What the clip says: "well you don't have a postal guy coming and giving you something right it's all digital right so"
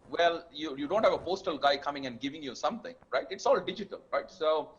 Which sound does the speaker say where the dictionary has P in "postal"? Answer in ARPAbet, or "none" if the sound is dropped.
P